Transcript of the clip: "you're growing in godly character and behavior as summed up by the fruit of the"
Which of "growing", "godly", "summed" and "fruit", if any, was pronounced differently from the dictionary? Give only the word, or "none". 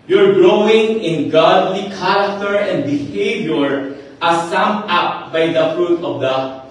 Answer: summed